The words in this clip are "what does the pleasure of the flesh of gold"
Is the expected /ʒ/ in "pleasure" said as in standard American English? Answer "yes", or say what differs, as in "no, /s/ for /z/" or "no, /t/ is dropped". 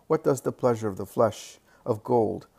yes